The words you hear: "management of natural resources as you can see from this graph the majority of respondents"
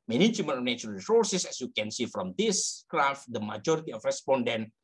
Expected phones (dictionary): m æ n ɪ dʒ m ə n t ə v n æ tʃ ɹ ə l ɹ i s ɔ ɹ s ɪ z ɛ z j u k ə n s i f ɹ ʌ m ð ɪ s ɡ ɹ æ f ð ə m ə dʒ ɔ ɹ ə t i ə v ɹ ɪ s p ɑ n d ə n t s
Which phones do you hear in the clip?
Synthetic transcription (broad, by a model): m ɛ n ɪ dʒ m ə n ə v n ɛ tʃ ə n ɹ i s ɔ ɹ s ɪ s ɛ s j u k ə n s i f ɹ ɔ m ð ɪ s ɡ ɹ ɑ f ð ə m ə dʒ ɔ ɹ ə t i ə f ɹ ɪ s p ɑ n d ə n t